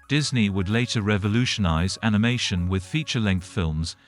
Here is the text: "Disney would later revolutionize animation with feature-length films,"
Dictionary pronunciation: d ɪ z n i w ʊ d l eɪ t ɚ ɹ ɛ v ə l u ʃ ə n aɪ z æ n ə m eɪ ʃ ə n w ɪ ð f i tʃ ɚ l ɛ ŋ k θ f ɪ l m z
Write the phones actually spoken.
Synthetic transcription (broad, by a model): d ɪ z n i w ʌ d l eɪ t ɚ ɹ ɛ v ə l u ʃ ə n aɪ z æ n ə m eɪ ʃ ə n w ɪ ð f i tʃ ɚ l ɛ ŋ k θ f ɪ l m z